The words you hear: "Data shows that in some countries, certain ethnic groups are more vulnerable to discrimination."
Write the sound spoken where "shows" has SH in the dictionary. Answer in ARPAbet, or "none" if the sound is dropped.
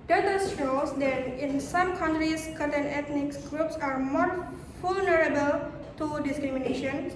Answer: S